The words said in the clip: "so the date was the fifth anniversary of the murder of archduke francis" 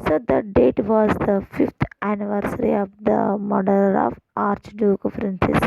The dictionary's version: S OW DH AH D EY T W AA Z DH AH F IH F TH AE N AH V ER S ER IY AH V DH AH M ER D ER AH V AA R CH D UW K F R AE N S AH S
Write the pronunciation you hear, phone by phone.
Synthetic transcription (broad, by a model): S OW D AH D EY T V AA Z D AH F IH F T AE N AH V ER S ER IY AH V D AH M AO D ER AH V AA R CH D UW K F R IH N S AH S